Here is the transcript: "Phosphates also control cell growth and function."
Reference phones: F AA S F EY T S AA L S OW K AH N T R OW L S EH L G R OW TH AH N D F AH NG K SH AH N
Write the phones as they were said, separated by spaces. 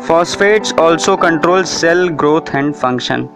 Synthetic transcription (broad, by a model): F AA S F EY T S AA L S OW K AH N T R OW L S EH L G R OW T AH N D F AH NG K SH AH N